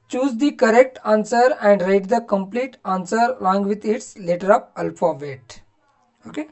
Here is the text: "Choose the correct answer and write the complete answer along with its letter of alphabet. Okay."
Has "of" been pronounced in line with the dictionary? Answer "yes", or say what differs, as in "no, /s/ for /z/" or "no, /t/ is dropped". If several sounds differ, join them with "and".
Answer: no, /p/ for /v/